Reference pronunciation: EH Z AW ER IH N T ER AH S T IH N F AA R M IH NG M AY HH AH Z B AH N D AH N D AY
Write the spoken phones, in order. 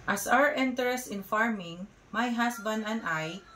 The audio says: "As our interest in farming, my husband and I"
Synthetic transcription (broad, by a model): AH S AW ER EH N T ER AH S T IH N F AA R M IH NG M AY HH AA S B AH N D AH N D AY